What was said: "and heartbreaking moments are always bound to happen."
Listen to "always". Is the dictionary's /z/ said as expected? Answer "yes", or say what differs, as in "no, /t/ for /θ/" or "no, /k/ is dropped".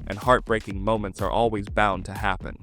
yes